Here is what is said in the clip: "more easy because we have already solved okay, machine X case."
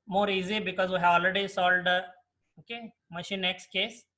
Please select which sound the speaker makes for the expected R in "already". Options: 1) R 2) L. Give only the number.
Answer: 2